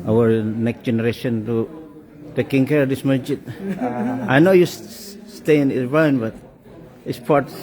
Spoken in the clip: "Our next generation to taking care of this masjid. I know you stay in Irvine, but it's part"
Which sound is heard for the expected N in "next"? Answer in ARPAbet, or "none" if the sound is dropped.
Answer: N